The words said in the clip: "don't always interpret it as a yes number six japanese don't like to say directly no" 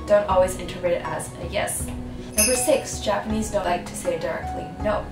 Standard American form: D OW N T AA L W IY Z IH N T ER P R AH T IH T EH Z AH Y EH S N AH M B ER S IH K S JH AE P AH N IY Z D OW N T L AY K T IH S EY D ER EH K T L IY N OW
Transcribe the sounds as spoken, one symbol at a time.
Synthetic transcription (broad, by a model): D OW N T AA L W IY Z IH N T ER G R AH T IH T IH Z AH Y EH S N AH M B ER S IH K S JH AE P AH N IY Z D OW N T L AY K T IH S EY D ER EH K T L IY N OW